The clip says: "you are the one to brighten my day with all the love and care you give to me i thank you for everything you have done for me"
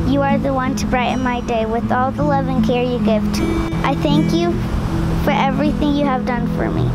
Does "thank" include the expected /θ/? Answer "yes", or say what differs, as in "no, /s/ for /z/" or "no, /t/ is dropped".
yes